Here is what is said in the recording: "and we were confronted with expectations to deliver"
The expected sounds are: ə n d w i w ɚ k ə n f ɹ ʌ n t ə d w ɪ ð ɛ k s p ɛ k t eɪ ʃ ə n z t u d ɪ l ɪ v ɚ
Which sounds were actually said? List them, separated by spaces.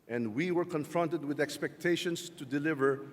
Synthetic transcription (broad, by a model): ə n d w i w ɚ k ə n f ɹ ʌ n t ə d w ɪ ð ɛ k s p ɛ k t eɪ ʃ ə n s t u d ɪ l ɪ v ɚ